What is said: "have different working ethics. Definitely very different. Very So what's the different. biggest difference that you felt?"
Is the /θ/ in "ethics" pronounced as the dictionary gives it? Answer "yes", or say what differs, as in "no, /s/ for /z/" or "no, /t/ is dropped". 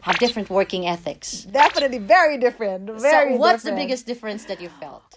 yes